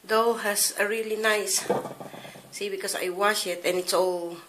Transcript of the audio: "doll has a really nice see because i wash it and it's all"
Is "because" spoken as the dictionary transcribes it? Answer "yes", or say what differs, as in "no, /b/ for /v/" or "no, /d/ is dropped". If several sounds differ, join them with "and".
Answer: no, /s/ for /z/